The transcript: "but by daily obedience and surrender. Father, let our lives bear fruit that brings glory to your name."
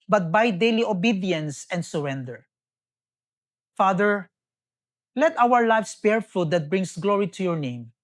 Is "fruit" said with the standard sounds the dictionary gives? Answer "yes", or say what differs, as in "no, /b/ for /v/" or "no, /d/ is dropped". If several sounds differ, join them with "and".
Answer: no, /ɹ/ is dropped